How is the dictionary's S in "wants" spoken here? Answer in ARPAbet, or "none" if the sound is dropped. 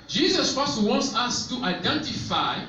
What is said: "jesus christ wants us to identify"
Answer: S